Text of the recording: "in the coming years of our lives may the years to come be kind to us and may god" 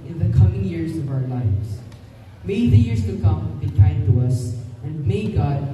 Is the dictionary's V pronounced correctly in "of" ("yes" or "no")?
yes